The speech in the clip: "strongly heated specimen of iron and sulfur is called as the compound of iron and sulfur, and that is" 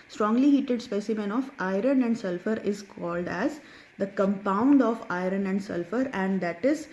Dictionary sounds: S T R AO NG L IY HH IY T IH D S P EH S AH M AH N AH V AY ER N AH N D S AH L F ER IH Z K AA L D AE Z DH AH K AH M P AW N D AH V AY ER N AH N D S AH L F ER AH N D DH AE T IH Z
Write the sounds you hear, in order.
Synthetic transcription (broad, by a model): S T R AO NG L IY HH IY T IH D S P EH S AH M AH N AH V AY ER N AH N D S AH L F ER IH Z K AA L D AE Z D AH K AH M P AW N D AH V AY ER N AH N D S AH L F ER AH N D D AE T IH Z